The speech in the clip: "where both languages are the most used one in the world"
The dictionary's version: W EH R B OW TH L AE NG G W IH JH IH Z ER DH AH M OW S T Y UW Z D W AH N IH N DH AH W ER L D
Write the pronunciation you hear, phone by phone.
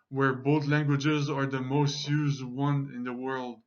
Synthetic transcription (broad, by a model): W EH R B OW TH L AE NG G W IH JH IH Z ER DH AH M OW S T Y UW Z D W AH N IH N DH AH W ER L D